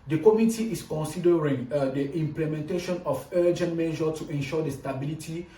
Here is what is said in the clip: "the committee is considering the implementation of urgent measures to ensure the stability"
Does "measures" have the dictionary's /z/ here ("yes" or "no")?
no